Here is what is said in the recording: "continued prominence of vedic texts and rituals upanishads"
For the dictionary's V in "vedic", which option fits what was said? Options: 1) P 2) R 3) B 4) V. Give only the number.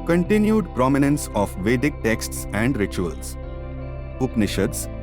4